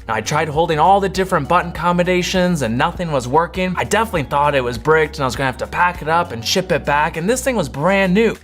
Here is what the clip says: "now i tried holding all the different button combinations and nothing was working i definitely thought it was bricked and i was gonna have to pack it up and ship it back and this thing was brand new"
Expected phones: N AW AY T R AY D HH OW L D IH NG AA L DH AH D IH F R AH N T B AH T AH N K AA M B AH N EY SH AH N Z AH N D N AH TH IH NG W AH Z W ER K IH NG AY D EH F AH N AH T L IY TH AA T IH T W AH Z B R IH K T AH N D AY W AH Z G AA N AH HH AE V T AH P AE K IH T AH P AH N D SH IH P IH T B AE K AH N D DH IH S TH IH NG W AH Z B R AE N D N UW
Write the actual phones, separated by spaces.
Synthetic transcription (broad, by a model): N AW AY T R AY D HH OW L D IH NG AA L DH AH D IH F R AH N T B AH T N K AA M AH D EY SH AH N Z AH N N AH TH IH NG W AH Z W ER K IH NG AY D EH F AH N AH T L IY TH AA T IH T W AH Z B R IH K T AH N AY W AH Z G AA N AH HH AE F T AH P AE K IH T AH P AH N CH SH IH P IH T B AE K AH N DH IH S TH IH NG W AH Z B R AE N N UW